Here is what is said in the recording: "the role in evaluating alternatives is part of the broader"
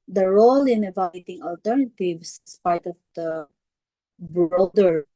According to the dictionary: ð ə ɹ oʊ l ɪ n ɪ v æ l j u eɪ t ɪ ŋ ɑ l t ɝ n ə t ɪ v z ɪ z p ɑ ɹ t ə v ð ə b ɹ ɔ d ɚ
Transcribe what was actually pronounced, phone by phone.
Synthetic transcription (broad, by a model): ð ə ɹ oʊ l ɪ n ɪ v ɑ j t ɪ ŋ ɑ l t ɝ n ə t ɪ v s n s p ɑ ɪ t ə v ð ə b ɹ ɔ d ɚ